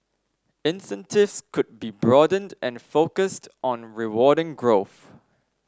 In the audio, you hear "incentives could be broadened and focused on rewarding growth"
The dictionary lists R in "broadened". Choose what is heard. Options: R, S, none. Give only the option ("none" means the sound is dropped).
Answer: R